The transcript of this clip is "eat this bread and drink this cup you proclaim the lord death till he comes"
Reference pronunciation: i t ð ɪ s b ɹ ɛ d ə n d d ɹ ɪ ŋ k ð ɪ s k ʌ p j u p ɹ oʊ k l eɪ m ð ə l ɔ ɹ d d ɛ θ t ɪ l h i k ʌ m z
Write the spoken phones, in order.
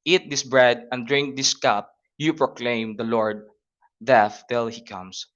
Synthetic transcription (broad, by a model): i t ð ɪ s b ɹ ɛ d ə n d d ɹ ɪ ŋ k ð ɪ s k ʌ p j u p ɹ oʊ k l eɪ m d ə l ɔ ɹ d d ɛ f t ɪ l h i k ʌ m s